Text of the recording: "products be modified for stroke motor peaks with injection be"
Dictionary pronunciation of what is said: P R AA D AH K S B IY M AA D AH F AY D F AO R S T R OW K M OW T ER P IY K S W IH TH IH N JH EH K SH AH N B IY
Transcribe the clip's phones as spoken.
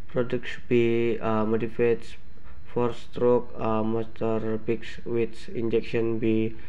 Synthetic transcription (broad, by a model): P R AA D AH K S B IY M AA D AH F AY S F AO R S T R OW K M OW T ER B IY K S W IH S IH N JH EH K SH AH N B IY